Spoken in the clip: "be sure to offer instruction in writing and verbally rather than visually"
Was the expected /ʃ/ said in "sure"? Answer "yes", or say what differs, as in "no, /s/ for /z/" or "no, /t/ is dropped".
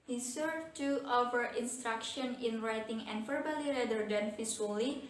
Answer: no, /s/ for /ʃ/